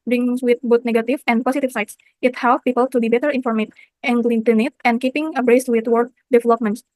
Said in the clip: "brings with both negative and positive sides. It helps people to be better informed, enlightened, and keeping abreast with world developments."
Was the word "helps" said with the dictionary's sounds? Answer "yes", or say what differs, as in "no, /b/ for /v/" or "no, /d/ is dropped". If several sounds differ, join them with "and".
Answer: no, /s/ is dropped